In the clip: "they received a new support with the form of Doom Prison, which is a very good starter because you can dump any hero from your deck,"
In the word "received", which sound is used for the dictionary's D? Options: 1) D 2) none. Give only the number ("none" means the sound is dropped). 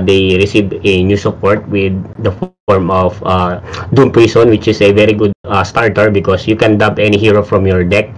2